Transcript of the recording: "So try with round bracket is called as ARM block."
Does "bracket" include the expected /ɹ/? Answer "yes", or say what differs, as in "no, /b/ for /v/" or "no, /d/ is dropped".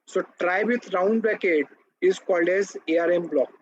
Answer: no, /ɹ/ is dropped